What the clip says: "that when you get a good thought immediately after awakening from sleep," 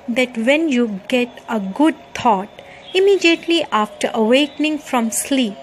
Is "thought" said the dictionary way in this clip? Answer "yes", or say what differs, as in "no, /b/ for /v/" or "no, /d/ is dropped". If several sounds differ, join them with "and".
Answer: no, /t/ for /θ/